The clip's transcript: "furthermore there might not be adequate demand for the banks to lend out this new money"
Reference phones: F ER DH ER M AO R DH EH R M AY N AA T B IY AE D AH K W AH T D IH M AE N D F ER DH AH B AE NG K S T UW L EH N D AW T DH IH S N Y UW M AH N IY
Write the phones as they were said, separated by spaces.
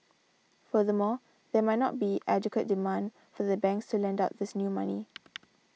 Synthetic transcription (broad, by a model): F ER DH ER M AO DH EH M AY N AA T B IY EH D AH K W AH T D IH M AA N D F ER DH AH B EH NG K S T UW L EH N D AW T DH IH S N Y UW M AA N IY